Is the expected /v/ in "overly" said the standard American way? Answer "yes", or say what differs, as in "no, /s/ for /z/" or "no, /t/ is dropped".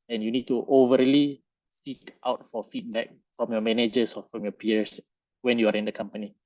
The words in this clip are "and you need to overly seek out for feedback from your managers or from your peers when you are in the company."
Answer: yes